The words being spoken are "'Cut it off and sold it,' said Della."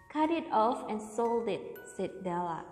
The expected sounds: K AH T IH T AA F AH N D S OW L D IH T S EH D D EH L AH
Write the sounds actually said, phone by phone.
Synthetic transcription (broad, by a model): K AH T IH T AA F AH N S OW L D IH T S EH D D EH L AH